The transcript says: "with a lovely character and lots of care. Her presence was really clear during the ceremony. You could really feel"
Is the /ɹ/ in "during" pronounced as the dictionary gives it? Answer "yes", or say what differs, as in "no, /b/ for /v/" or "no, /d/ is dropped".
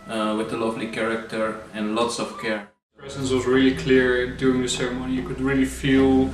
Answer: no, /ɹ/ is dropped